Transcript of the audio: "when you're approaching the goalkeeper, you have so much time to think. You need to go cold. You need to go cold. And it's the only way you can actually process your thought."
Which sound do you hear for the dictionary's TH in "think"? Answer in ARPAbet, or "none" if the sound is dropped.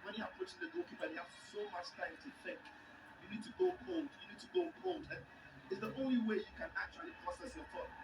F